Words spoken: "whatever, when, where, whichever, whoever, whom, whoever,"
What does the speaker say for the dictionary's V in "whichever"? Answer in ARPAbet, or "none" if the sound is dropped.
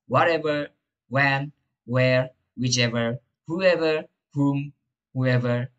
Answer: V